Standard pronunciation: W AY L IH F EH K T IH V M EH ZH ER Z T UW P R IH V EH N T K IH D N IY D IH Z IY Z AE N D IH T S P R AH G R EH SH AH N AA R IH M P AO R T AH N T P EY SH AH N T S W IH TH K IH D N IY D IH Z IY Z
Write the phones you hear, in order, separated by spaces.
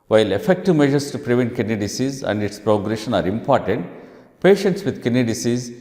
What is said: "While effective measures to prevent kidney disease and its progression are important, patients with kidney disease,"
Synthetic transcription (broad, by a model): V AY L IH F EH K T IH V M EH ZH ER S T UW P R IH V EH N T K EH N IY D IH S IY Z AE N D IH T S P R AH G R EH SH AH N AA R IH M P AO R T AH N T P EY SH AH N T S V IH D K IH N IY D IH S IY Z